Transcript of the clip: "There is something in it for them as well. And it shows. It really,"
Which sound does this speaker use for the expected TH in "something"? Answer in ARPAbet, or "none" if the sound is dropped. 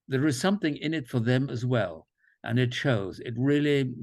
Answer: TH